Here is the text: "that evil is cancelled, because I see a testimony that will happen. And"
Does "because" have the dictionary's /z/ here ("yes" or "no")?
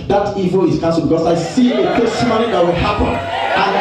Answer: no